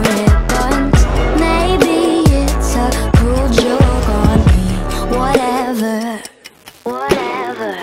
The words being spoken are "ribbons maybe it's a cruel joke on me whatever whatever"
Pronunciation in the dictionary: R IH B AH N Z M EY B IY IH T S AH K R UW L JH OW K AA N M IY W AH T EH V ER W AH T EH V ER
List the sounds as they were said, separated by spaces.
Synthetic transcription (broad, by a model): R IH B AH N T M EY B IY IH T S AH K UW L JH OW K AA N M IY W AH T EH V ER W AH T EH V ER